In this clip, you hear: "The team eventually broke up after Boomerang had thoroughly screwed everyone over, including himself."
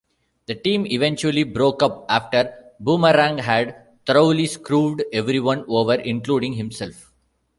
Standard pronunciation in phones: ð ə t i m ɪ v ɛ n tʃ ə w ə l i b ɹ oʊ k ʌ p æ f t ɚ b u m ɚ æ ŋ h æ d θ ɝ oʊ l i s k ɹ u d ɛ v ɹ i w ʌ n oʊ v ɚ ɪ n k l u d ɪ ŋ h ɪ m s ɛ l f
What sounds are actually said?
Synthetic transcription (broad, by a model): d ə t i m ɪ v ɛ n tʃ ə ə l i b ɹ oʊ k ʌ p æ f t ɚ b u m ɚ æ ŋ h æ d t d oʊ l i s k ɹ u d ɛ v ɹ i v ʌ n oʊ v ɚ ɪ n k l u d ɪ ŋ h ɪ m s ɛ l f